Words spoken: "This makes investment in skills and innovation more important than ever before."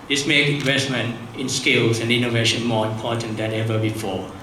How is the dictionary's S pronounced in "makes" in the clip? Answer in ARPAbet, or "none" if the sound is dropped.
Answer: none